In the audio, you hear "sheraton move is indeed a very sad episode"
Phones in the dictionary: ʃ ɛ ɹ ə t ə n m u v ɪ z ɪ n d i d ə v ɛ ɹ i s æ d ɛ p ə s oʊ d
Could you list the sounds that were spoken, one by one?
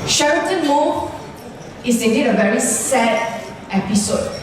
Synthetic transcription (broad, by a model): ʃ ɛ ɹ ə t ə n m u ɪ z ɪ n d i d ə v ɛ ɹ i s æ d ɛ p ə s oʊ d